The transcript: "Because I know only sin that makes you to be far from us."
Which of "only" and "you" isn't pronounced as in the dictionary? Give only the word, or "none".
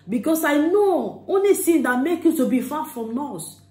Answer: none